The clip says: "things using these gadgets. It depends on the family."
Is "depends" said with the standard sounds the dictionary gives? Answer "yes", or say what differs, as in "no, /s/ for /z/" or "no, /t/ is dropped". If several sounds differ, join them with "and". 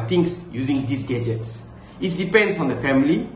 no, /s/ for /z/